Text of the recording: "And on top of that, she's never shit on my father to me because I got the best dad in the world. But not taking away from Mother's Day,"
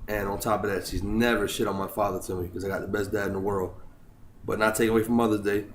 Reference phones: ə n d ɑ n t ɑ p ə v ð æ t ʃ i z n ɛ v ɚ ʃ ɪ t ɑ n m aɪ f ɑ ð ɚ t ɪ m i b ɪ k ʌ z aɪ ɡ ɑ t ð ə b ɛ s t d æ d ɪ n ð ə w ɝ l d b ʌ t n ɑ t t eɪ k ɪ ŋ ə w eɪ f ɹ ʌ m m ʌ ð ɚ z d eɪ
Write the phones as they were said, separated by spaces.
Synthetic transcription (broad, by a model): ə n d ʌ n t ɑ p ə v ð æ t ʃ i z n ɛ v ɚ ʃ ɪ t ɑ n m aɪ f ɑ ð ɚ t ɪ m i k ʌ z aɪ ɡ ɑ t ð ə b ɛ s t d æ d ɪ n ð ə w ɝ l d b ʌ t n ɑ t t eɪ k ɪ ŋ ə w eɪ f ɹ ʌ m m ʌ ð ɚ z d eɪ